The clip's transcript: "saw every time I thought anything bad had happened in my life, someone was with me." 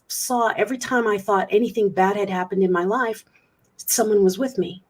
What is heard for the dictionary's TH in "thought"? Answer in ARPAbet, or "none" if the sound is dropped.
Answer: TH